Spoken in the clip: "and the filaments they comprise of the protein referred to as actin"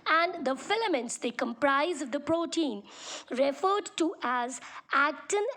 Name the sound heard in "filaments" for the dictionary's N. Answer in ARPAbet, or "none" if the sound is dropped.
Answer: N